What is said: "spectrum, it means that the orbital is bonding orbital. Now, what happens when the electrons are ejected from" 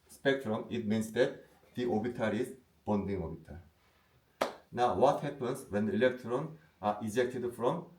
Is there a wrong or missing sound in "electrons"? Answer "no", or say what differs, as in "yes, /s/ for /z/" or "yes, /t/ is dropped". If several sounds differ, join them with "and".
yes, /z/ is dropped